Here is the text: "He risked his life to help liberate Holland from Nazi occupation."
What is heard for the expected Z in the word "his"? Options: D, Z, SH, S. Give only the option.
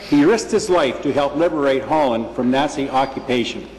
Z